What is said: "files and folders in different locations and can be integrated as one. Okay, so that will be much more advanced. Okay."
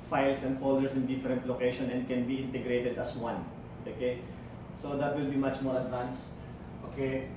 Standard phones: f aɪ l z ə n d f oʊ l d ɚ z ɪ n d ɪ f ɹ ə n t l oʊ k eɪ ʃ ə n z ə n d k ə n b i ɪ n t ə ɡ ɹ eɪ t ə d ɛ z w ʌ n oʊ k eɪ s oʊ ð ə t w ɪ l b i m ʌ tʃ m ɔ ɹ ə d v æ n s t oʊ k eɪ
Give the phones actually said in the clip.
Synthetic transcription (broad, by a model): f aɪ l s ə n d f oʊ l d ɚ s ɪ n d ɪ f ɹ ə n t l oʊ k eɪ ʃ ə n ə n d k ə n b i ɪ n t ə ɡ ɹ eɪ t ə d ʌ s w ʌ n oʊ k eɪ s oʊ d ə t w ɪ l b i m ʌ tʃ m ɔ ɹ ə d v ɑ n s t oʊ k eɪ